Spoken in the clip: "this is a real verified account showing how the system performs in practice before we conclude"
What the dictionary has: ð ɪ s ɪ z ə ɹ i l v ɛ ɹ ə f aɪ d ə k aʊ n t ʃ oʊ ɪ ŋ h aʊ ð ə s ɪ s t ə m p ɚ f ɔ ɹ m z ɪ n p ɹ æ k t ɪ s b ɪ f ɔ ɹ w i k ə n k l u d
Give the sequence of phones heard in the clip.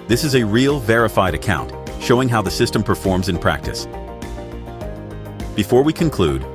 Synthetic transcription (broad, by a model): ð ɪ s ɪ z ə ɹ i l v ɛ ɹ ə f aɪ d ə k aʊ n t ʃ oʊ ɪ ŋ h aʊ ð ə s ɪ s t ə m p ɚ f ɔ ɹ m z ɪ n p ɹ æ k t ɪ s b ɪ f ɔ ɹ w i k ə n k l u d